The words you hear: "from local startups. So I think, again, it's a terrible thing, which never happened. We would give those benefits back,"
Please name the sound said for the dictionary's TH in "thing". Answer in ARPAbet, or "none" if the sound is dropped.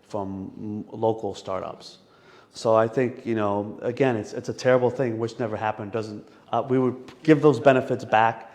TH